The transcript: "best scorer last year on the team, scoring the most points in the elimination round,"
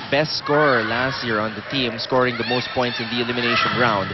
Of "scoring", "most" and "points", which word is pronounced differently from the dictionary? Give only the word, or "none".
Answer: none